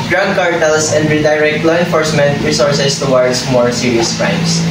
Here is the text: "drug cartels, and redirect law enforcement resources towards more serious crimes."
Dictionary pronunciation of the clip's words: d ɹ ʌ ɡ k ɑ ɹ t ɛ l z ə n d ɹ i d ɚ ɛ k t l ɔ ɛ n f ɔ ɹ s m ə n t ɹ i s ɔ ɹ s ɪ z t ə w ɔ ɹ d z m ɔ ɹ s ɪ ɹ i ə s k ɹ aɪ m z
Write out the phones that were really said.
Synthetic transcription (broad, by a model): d ɹ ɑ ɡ k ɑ ɹ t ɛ l s ə n d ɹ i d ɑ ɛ k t l ɔ ɛ n f ɔ ɹ s m ə n t ɹ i s ɔ ɹ s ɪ s t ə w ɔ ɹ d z m ɔ ɹ s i ɹ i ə s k ɹ aɪ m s